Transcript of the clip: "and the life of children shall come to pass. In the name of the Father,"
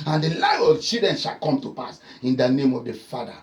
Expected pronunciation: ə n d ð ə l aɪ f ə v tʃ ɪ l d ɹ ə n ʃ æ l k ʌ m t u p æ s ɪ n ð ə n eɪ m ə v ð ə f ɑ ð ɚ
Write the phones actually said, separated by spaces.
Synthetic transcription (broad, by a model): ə n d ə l aɪ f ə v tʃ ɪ d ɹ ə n ʃ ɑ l k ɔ m t u p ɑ s ɪ n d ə n eɪ m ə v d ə f ɑ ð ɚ